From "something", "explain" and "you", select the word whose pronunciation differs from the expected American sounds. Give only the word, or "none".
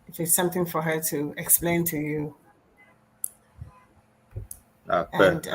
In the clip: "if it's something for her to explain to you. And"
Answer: none